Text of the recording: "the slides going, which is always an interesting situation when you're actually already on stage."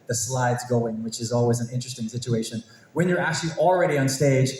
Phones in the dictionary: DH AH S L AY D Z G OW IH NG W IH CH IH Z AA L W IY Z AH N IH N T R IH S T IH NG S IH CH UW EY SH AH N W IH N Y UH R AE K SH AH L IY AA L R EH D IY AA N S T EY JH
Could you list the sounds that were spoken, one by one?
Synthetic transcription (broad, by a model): DH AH S L AY D Z G OW IH NG W IH CH IH Z AA L W IY Z AH N IH N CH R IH S T IH NG S IH CH UW EY SH AH N W IH N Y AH R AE K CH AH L IY L R EH D IY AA N S T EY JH